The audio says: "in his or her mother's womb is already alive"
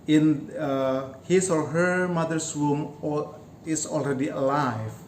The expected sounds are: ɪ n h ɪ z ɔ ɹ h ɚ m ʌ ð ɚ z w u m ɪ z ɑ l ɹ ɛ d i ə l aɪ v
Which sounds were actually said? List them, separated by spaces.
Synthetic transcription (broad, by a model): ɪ n h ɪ s ɔ ɹ h ɚ m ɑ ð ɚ s w u m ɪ s ɑ l ɹ ɛ d i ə l aɪ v